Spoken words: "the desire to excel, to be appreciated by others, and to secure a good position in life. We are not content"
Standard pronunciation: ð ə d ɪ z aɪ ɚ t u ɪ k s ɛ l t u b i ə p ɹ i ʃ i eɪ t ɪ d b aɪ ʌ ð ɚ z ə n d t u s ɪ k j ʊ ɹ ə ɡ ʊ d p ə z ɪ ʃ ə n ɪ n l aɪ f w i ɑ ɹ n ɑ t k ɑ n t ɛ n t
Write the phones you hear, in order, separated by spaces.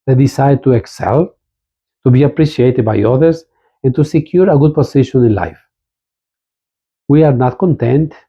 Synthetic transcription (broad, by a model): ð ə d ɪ s aɪ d t u ɪ k s ɛ l t u b i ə p ɹ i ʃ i eɪ t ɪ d b aɪ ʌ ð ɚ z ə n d t u s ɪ k j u ɹ ə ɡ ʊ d p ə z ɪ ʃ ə n ɪ n l aɪ f w i ɑ ɹ n ɑ t k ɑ n t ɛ n t